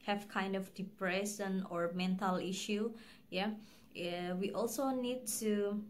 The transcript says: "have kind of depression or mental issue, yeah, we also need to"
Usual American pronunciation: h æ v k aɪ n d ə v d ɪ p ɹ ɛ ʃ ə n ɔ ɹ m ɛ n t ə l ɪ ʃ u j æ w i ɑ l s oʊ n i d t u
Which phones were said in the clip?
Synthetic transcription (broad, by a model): h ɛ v k aɪ n d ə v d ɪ p ɹ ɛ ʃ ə n ɔ ɹ m ɛ n t ə l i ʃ u j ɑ w i ɑ l s oʊ n i d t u